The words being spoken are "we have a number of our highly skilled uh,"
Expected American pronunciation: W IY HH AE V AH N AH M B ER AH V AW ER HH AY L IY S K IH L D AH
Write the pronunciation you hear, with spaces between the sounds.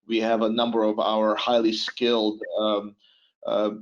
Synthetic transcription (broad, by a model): W IY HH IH V AH N AH M B ER AH V AW ER HH AY L IY S K IH L D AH